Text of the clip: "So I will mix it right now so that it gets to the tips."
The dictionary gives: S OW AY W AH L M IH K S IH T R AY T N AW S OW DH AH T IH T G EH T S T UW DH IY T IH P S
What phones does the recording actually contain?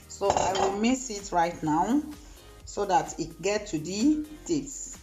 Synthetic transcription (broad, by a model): S OW AY W AH L M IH S IH T R AY T N AW S OW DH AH T IH T G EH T T UW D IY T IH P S